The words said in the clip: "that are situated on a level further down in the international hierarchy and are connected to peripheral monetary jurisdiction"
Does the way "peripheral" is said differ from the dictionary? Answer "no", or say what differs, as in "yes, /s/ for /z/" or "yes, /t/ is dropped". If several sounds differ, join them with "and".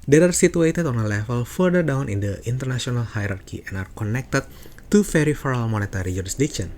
yes, /f/ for /p/